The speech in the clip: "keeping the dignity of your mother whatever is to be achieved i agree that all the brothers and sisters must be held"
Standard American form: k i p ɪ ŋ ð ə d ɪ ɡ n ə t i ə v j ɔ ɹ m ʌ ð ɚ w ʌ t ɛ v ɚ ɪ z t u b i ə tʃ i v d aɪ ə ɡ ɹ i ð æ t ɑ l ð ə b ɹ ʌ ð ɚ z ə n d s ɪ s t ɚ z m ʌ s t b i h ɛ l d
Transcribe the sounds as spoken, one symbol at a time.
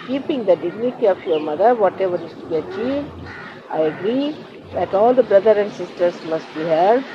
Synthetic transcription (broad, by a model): k i p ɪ ŋ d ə d ɪ ɡ n ə t i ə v j ɔ ɹ m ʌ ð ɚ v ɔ t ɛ v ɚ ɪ s t u b i ə tʃ i v d aɪ ə ɡ ɹ i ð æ t ɑ l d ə b ɹ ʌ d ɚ ə n d s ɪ s t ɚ s m ʌ s t b i h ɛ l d